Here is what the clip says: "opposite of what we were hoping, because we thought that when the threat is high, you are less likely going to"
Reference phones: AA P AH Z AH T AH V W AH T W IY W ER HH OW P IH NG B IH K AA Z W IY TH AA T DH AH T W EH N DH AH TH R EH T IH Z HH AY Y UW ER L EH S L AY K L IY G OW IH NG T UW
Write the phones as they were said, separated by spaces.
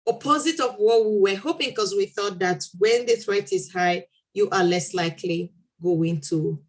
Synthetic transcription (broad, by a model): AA P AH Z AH T AH V W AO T W IY W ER HH OW P IH NG K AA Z W IY TH AA T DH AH T W EH N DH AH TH R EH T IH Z HH AY Y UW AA L EH S L AY K L IY G OW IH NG T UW